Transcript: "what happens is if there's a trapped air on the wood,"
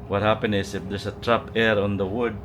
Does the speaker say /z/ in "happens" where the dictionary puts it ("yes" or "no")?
no